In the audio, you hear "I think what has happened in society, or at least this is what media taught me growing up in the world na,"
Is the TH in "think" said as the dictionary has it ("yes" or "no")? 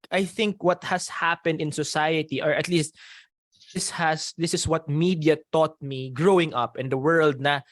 yes